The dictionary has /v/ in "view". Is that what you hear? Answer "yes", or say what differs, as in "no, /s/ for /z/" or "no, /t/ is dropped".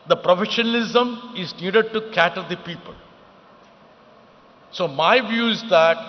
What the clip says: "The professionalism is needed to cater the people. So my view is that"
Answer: yes